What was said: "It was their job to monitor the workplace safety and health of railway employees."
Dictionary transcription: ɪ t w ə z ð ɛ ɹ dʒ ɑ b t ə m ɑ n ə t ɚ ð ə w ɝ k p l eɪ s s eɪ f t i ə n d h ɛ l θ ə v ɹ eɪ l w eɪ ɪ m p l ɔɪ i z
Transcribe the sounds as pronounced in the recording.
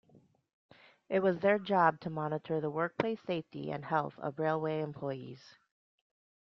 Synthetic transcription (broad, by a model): ɪ t w ə z ð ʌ ɹ dʒ ɑ b t ə m ɑ n ə t ɚ ð ə w ɝ k p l eɪ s s eɪ f t i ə n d h ɛ l θ ə v ɹ eɪ l w eɪ ɪ m p l ɔɪ i z